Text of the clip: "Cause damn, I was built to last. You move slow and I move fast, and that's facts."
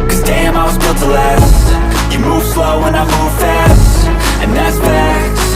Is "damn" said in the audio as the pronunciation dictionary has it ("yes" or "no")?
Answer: yes